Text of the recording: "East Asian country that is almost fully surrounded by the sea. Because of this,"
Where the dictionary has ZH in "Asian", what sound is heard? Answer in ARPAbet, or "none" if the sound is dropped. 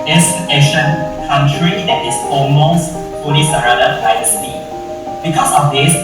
SH